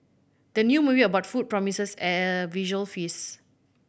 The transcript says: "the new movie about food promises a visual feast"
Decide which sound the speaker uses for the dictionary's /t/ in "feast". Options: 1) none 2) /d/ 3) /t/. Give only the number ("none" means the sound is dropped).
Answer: 1